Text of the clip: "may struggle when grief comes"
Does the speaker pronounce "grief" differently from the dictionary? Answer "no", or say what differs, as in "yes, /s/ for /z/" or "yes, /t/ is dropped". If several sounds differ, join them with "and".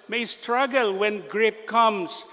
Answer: yes, /p/ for /f/